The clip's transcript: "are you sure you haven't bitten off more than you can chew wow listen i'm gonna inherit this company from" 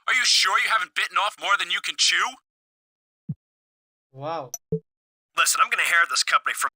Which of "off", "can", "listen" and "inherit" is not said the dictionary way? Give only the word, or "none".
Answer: inherit